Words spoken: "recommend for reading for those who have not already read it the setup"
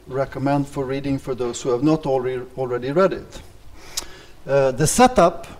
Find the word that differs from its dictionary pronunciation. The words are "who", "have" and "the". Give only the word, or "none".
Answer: none